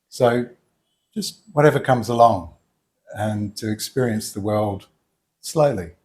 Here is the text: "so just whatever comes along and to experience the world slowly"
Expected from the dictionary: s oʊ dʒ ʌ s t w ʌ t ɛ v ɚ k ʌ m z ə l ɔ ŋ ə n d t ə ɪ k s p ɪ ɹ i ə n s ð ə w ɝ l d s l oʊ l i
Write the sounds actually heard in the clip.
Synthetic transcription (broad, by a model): s oʊ dʒ ʌ s t w ʌ t ɛ v ɚ k ʌ m z ə l ɔ ŋ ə n t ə ɪ k s p ɪ ɹ i ə n s ð ə w ɝ l d s l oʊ l i